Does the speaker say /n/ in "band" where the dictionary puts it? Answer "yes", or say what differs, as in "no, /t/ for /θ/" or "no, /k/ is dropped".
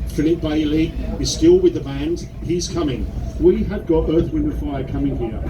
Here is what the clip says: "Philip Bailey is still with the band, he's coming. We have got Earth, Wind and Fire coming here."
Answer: yes